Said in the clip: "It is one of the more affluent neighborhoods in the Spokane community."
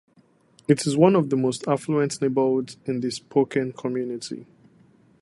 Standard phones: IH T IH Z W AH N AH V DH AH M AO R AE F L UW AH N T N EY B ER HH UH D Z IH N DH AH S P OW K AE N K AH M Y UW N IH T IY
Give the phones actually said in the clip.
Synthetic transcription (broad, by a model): IH T IH Z W AH N AH V DH AH M AO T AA F L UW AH N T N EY B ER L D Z IH N DH AH S P OW K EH N K AH M Y UW N IH T IY